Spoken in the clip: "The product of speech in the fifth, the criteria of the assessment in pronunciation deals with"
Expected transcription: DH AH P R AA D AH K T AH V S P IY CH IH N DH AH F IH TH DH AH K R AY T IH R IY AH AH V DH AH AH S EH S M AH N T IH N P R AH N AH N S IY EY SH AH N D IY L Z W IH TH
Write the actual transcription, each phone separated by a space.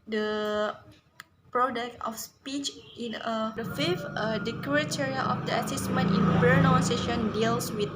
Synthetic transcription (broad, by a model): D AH P R AA D AH K T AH F S P IY CH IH N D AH F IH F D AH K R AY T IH R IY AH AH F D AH AH S EH S M AH N T IH N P AH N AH S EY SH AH N D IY L S W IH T